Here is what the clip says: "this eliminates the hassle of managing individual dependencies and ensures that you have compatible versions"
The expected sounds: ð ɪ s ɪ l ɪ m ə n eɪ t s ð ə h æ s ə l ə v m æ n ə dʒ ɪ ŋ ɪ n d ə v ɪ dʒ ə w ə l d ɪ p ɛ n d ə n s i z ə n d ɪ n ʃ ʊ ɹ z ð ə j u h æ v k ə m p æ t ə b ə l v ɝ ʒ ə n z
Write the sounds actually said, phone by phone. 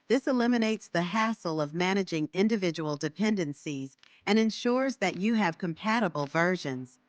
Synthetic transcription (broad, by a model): ð ɪ s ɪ l ɪ m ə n eɪ t s ð ə h æ s l ə v m æ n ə dʒ ɪ ŋ ɪ n d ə v ɪ dʒ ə w l d ɪ p ɛ n d ə n s i z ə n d ɪ n ʃ ʊ ɹ z ð ə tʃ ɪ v k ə m p æ t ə b l v ɝ ʒ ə n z